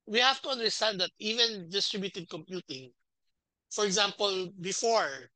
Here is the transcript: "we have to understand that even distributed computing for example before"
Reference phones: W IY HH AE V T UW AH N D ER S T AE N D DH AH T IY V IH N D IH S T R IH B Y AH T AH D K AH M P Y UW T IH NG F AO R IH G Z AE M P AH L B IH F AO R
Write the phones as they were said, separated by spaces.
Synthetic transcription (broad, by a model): W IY HH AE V T UW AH N D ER S T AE N D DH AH T IY V IH N D IH S T R IH B Y AH T AH D K AH M P Y UW T IH NG F AO R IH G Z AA M P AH L B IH F AO R